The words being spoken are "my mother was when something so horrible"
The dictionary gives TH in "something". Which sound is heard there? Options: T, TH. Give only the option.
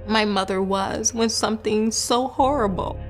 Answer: TH